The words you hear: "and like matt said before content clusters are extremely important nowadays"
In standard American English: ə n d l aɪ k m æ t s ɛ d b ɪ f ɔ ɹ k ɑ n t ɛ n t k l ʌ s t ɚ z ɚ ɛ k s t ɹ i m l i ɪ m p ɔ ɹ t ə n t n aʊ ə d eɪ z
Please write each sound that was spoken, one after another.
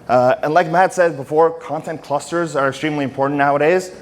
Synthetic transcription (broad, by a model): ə n l aɪ k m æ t s ɛ d b ɪ f ɔ ɹ k ɑ n t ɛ n k l ʌ s t ɚ z ɚ ɛ k s t ɹ i m l i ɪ m p ɔ ɹ t n n aʊ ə d eɪ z